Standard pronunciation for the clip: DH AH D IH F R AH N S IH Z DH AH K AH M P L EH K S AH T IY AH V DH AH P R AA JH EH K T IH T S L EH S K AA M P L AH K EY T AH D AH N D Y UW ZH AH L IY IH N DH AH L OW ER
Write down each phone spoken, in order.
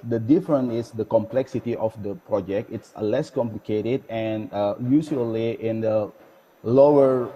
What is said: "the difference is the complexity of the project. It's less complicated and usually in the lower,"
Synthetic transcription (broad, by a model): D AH D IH F R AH N IH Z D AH K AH M P L EH K S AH T IY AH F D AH P R AA JH EH K T IH T S L EH S K AA M P L AH K EY T AH D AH N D Y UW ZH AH L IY IH N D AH L OW ER